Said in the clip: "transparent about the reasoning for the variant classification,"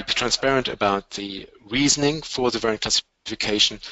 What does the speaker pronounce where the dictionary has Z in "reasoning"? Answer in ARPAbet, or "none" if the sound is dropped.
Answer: Z